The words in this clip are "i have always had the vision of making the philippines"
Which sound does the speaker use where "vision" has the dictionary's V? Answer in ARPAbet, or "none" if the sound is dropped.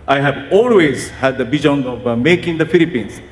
B